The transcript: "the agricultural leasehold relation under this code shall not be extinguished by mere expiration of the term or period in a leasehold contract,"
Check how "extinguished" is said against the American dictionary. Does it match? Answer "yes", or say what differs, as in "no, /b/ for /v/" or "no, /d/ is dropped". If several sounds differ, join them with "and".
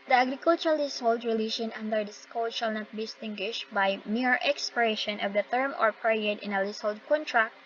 no, /k/ is dropped